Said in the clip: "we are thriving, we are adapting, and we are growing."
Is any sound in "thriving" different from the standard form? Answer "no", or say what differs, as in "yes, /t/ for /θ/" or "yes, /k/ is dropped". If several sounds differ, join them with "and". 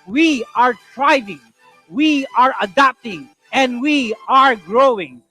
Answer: yes, /t/ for /θ/